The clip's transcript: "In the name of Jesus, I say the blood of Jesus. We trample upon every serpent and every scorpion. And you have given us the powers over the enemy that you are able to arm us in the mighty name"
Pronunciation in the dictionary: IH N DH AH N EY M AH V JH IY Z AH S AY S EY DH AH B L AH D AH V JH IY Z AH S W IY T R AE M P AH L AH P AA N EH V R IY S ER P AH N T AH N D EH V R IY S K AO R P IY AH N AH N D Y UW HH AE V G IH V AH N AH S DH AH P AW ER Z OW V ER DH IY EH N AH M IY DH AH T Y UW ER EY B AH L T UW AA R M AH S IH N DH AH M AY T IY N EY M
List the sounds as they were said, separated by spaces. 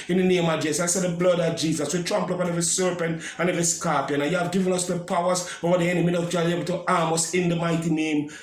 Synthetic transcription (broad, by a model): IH N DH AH N EY M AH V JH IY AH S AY S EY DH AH B L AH D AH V JH IY Z AH S W IY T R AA M P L AH P AA N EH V IY S ER P AH N T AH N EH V IY S K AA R P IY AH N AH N Y UW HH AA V G IH V AH N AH S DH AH P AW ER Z OW V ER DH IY EH N AH M IY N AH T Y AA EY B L T UW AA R M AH S IH N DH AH M AY T IY N EY M